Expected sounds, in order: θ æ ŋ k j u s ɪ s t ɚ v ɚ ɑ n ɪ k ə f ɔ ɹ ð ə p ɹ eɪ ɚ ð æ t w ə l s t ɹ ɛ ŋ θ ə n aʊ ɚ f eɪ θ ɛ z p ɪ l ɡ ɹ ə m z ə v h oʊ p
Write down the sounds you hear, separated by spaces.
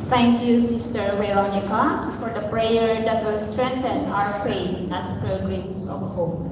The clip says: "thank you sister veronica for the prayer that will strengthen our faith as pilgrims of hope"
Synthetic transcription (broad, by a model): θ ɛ ŋ k j u s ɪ s t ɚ w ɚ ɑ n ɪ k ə f ɔ ɹ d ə p ɹ eɪ ɚ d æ t w ə l s t ɹ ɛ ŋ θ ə n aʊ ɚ f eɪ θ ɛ s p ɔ ɡ ɹ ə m s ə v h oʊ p